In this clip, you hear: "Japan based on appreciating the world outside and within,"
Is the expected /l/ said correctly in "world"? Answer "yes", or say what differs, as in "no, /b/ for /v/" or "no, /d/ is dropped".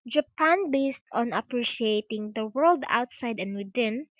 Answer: yes